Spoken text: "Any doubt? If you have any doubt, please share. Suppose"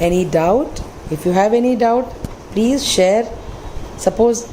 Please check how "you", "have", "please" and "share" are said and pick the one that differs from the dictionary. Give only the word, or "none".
none